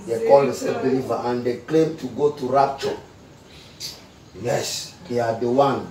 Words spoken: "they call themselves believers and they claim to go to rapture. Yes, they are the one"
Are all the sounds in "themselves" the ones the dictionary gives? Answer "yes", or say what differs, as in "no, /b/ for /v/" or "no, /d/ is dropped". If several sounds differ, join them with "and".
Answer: no, /m/ is dropped and /l/ is dropped and /z/ is dropped